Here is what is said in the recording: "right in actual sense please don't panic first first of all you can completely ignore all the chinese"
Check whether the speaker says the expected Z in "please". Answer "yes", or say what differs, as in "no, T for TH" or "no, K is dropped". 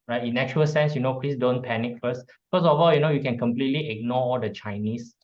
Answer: no, S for Z